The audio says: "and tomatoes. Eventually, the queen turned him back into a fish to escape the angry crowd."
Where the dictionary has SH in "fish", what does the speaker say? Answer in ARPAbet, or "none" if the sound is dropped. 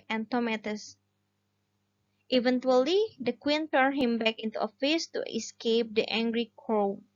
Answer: S